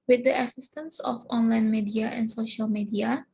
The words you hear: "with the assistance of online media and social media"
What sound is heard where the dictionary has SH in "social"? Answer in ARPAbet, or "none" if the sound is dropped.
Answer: SH